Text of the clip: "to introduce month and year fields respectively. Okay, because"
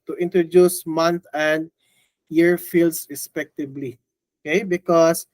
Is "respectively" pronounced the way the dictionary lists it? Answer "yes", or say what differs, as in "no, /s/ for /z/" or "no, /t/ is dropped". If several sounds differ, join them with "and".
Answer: no, /b/ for /v/